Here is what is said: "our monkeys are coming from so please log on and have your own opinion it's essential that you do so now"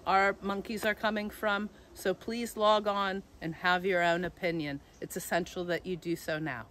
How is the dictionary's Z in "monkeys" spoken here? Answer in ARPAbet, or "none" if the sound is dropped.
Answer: Z